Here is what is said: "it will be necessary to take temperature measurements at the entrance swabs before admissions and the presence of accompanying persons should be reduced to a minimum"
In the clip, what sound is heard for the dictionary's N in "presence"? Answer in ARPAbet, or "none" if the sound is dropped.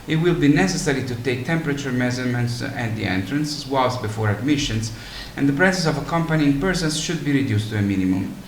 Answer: none